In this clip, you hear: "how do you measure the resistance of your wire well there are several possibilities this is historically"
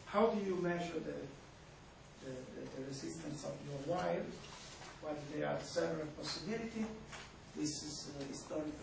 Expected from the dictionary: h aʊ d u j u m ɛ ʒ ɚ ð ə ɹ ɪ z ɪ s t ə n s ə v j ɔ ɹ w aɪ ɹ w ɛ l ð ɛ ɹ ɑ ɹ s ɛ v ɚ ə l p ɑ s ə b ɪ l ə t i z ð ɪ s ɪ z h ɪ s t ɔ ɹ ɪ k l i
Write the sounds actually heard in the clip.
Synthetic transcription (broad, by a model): h aʊ d u j u m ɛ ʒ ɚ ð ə ɹ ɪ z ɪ s t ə n s ə v j ɔ ɹ w aɪ l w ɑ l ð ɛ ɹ ɑ ɹ s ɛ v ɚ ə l p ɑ s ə b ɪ l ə t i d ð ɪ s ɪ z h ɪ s t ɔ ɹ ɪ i